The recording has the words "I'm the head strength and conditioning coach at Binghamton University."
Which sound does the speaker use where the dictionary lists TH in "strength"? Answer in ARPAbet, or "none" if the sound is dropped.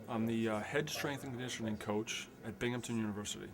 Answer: TH